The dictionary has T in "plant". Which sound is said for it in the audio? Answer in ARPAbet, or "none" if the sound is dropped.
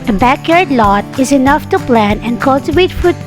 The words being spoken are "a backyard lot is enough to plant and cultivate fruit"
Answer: none